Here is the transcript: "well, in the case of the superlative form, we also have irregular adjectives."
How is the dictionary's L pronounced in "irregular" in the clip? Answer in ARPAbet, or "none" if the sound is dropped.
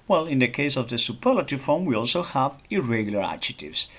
L